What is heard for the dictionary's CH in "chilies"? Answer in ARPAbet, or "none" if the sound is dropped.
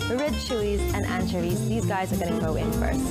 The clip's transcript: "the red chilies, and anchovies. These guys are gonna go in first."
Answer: SH